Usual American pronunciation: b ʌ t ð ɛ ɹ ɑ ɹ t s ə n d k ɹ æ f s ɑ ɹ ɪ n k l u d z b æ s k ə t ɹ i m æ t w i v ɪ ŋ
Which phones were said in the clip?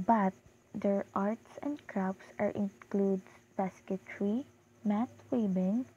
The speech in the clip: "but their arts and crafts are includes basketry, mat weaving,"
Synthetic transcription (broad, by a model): b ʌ t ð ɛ ɹ ɑ ɹ t s ə n d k ɹ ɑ p s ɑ ɹ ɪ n k l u d b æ s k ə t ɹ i m æ t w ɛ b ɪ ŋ